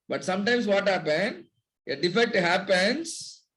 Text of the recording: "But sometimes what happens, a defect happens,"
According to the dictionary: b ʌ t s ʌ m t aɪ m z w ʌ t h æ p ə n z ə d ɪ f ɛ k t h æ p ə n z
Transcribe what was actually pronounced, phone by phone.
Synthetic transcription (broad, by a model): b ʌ t s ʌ m t aɪ m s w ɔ t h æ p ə n ə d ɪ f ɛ t h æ p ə n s